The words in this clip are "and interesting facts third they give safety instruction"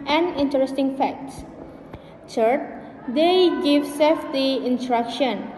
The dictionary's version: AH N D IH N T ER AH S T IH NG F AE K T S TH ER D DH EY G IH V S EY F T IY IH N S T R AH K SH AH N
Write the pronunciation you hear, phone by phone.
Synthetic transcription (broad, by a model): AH N IH N T ER AH S T IH NG F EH K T S S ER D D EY G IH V S EY F T IY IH N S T R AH K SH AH N